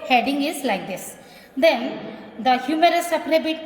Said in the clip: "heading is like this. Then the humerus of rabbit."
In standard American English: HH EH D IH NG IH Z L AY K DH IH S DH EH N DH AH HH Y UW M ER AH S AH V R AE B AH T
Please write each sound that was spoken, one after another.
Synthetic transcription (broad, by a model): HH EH D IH NG IH Z L AY K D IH S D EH N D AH HH Y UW M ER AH S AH P R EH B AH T